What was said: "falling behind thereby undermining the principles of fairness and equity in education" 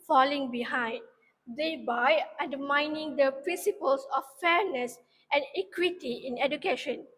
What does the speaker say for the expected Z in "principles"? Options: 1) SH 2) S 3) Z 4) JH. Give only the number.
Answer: 2